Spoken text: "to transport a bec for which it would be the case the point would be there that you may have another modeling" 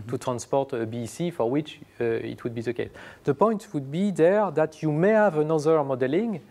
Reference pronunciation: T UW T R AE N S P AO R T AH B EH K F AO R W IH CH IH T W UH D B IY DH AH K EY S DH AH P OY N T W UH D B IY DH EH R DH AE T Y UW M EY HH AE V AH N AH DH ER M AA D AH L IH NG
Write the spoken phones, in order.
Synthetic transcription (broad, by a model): T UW T R AE N S P AO R T AH B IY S F AO R W IH CH IH T W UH D B IY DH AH K EY S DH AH P OY N T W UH D B IY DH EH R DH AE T Y UW M EY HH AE V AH N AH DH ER M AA D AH L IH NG